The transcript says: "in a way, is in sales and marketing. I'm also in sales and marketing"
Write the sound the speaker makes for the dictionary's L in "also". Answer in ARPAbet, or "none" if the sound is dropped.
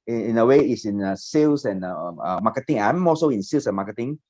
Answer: none